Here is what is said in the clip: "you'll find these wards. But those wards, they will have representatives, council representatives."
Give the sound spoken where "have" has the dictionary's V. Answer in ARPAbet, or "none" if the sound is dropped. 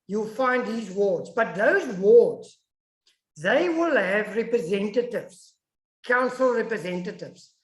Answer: V